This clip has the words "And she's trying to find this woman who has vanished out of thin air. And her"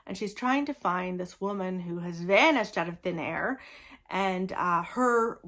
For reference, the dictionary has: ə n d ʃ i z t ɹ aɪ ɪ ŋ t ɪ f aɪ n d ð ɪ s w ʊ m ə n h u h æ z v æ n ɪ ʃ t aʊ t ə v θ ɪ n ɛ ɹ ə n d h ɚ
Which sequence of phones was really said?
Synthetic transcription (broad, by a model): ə n ʃ i z t ɹ aɪ ɪ ŋ t ɪ f aɪ n ð ɪ s w ʊ m ə n h u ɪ z v æ n ɪ ʃ t aʊ t ə v θ ɪ n ɛ ɹ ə n h ɚ